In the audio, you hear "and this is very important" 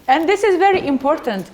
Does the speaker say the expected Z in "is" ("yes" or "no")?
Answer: yes